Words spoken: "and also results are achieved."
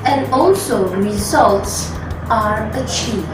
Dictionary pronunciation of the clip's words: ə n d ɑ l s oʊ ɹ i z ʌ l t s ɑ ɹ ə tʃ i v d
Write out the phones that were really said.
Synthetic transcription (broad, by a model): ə n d ɑ l s oʊ ɹ i z ʌ l t s ɑ ɹ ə tʃ i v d